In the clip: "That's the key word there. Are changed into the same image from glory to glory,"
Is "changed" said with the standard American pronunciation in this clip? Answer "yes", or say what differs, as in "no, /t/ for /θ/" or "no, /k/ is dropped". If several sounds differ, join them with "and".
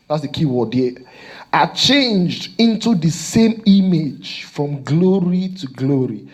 yes